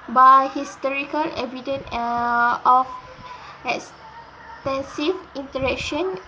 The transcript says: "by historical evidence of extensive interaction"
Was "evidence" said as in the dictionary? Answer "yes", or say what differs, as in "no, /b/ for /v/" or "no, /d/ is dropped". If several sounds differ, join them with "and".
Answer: no, /s/ is dropped